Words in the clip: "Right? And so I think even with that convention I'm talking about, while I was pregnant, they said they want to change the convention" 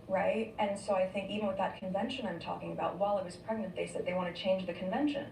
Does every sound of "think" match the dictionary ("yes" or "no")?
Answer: yes